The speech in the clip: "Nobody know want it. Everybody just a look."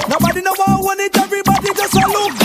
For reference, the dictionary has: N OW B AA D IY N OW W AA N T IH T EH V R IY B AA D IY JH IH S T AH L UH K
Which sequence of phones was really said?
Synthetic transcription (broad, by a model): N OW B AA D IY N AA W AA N IH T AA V IY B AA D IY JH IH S AH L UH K